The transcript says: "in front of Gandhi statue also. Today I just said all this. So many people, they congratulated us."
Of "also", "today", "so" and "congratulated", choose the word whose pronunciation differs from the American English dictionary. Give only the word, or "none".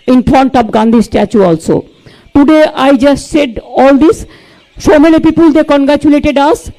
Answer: so